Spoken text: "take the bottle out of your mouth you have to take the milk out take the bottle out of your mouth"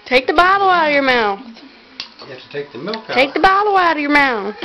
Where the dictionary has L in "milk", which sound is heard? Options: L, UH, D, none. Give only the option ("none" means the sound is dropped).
none